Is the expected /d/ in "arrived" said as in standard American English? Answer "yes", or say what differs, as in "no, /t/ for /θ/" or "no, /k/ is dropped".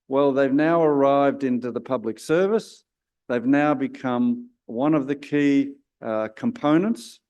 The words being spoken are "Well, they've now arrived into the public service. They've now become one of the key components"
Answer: yes